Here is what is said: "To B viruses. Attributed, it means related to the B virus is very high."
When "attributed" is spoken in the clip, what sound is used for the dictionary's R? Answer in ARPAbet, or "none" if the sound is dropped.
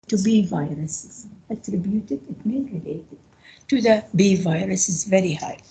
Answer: R